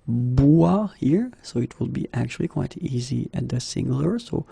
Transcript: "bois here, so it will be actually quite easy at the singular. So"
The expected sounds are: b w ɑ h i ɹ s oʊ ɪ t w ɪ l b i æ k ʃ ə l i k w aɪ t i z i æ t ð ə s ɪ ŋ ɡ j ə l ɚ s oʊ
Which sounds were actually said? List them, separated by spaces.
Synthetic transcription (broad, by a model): b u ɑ h i ɹ s oʊ ɪ t w ɪ l b i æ k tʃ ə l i k w aɪ t i z i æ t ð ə s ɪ ŋ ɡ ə l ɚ s oʊ